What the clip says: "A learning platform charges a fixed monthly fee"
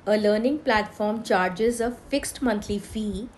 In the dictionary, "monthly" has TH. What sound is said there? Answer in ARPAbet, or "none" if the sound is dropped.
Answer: T